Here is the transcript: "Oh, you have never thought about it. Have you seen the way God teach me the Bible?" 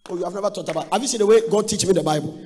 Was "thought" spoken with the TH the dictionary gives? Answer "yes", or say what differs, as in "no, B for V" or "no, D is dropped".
no, T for TH